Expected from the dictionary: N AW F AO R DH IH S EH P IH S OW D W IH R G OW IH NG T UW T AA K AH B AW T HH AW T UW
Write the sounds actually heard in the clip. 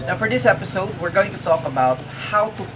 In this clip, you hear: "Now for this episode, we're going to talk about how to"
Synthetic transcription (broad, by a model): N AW F AO R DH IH S EH P IH S OW D W IH R G OW IH NG T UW T AA K AH B AW T HH AW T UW